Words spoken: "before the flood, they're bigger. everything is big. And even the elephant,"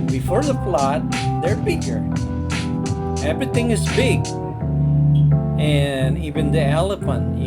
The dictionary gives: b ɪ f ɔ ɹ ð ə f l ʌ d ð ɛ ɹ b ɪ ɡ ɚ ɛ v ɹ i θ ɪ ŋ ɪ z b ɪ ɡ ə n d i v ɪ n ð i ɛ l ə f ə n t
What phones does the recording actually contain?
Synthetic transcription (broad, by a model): b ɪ f ɔ ɹ ð ə p l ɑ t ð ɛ ɹ b ɪ ɡ ɚ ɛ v ɹ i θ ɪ ŋ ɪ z b ɪ ɡ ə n i v ɪ n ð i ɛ l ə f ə n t